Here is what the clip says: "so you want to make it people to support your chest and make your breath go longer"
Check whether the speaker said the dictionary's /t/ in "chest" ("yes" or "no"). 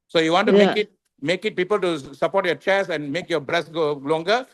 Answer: no